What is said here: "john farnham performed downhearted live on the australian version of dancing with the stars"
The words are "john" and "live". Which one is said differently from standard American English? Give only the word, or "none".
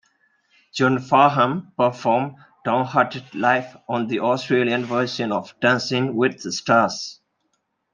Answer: live